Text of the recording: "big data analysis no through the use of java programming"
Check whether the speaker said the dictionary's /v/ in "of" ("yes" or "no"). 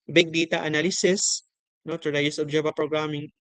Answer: no